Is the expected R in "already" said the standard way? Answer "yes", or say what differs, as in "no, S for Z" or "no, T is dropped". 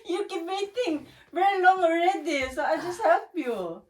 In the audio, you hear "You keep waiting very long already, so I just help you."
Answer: yes